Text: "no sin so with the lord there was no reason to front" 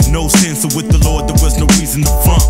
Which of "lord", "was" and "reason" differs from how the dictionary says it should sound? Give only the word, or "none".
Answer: none